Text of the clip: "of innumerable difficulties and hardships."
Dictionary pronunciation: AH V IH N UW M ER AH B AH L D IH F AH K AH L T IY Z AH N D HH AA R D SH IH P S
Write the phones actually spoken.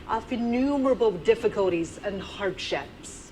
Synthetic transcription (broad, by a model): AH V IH N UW M ER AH B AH L D IH F AH K AH L T IY Z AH N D HH AA R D SH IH P S